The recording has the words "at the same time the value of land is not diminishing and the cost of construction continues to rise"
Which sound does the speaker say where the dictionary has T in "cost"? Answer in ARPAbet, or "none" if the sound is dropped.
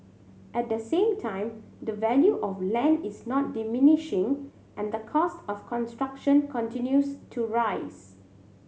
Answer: T